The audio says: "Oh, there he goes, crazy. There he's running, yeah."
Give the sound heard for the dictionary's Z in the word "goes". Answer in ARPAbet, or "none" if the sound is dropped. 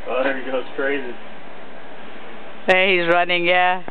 S